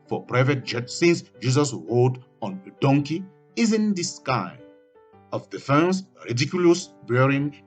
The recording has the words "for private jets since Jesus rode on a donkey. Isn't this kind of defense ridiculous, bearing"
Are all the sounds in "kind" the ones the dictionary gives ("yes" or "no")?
no